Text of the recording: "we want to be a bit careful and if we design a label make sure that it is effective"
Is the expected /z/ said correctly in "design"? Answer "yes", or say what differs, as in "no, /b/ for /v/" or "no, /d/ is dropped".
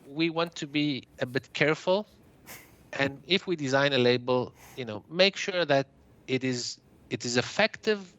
yes